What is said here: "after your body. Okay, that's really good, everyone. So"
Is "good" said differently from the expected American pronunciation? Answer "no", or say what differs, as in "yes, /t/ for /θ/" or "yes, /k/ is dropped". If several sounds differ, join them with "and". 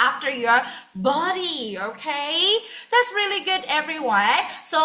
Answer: no